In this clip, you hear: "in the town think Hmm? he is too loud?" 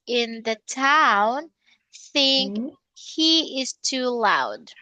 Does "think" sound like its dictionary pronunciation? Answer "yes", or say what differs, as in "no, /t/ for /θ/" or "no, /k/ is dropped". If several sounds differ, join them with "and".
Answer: yes